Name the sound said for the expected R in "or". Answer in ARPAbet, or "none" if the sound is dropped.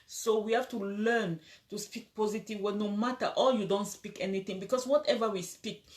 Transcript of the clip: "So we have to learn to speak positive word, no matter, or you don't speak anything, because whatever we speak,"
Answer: L